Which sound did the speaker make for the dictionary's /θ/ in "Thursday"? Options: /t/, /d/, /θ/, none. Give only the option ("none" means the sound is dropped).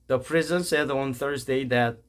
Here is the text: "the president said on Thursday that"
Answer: /θ/